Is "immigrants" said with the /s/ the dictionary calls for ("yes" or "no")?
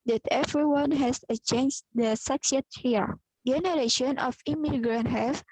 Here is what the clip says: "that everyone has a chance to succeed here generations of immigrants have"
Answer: no